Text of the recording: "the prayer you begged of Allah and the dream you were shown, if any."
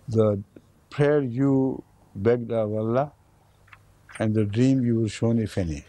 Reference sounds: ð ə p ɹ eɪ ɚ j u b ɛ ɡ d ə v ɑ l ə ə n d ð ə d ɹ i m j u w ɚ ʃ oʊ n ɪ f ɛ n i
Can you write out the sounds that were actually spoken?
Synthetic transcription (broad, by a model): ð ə p ɹ eɪ ɚ j u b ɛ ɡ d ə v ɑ l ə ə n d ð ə d ɹ i m j u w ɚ ʃ oʊ n ɪ f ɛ n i